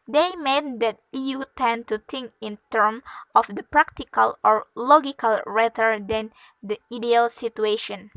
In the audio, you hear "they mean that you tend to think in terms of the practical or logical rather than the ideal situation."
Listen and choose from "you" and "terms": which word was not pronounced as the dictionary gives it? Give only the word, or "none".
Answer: terms